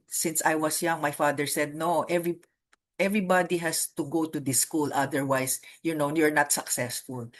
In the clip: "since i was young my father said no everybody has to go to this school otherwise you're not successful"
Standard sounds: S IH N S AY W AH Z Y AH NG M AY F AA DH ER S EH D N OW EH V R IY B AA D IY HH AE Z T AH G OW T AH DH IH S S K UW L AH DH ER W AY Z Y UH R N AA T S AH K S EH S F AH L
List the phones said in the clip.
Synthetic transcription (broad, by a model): S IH N S AY W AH S Y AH NG M AY F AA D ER S EH D N OW EH V R IY B AA D IY HH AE S T AH G OW T AH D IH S S K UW L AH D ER W AY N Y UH R N AA T S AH K S EH S F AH L